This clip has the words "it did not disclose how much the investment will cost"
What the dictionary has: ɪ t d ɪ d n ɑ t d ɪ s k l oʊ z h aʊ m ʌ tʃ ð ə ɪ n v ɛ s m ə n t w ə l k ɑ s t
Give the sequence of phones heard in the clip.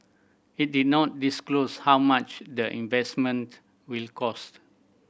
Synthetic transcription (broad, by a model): ɪ t d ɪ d n ɑ t d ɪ s k l oʊ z h aʊ m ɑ tʃ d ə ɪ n v ɛ s m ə n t w ə l k ɑ s t